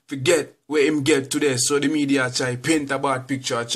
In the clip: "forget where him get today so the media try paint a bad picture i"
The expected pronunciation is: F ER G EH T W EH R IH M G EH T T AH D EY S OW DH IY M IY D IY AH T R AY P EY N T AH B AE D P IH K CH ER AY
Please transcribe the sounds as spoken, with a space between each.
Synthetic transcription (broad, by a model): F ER G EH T W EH IH M G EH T T AH D EY S OW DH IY M IY D IY AH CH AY P EY N T AH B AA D P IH K CH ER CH